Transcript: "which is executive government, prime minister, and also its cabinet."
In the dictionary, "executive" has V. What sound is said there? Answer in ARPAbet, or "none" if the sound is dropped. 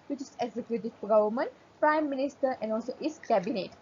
F